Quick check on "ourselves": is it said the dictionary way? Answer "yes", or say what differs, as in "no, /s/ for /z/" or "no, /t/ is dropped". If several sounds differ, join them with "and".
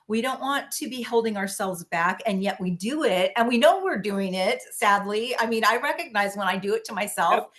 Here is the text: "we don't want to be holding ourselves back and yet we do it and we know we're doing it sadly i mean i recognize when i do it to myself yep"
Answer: yes